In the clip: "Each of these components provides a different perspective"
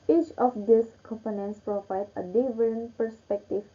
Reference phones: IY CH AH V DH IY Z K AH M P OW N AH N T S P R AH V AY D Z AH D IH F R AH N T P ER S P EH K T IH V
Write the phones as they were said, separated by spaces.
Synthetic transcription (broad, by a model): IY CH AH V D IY S K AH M P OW N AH N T S P R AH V AY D AH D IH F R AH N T P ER S P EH K T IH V